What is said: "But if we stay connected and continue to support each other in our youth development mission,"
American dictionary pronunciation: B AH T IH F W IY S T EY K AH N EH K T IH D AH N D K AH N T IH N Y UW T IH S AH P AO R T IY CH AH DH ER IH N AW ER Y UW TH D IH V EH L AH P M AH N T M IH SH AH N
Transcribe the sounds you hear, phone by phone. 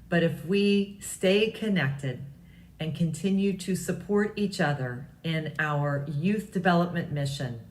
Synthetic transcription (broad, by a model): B AH T IH F W IY S T EY K AH N EH K T IH D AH N K AH N T IH N Y UW T IH S AH P AO R T IY CH AH DH ER IH N AW ER Y UW TH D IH V EH L AH P M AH N M IH SH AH N